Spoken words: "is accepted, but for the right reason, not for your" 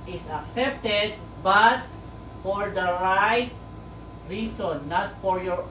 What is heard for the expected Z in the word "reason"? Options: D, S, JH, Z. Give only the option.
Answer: S